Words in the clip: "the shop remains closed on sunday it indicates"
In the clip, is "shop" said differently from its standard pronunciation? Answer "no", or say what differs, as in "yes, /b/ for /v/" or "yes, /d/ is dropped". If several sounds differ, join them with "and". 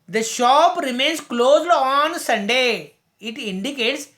no